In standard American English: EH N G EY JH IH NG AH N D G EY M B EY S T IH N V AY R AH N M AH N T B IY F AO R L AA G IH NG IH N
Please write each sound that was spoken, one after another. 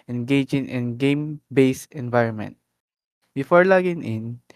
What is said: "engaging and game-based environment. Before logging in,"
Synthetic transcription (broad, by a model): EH N G EY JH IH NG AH N G EY M B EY S IH N V AY R AH N M AH N T B IY F AO R L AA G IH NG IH N